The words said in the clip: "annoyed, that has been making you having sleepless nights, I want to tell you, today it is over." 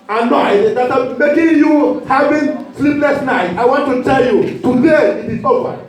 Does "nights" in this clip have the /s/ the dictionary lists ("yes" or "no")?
no